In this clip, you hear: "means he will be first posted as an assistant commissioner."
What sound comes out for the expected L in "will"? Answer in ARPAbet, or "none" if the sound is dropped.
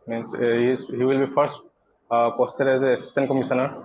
L